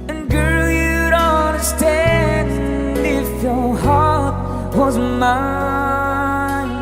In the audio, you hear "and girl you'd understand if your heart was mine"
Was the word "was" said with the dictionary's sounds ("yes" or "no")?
yes